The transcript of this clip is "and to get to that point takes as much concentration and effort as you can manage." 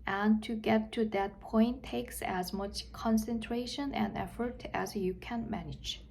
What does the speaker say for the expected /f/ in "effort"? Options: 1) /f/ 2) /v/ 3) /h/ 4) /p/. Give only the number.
1